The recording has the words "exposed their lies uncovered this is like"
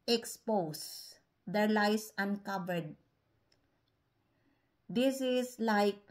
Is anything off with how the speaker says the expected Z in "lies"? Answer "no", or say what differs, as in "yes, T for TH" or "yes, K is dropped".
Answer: yes, S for Z